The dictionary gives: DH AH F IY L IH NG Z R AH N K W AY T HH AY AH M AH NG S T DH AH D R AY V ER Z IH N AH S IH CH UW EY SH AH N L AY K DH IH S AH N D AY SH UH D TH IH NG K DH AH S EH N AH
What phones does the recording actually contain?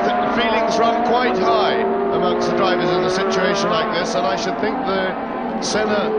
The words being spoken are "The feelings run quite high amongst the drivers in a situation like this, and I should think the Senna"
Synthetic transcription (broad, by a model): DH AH F IY L IH NG Z R AH N K W AY T HH AY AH M AH NG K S DH AH D R AY V ER Z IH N AH S IH CH UW EY SH AH N L AY K DH IH S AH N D AY SH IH D TH IH NG K DH AH S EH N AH